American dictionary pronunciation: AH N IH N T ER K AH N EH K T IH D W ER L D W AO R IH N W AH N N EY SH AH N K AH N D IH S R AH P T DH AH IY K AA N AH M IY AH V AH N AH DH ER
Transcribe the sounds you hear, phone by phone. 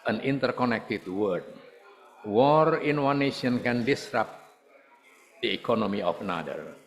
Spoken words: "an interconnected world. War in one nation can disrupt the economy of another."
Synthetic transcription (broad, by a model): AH N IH N T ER K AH N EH K T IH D W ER D W AO R IH N W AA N N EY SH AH N K AH N D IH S R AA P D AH IY K AA N AH M IY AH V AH N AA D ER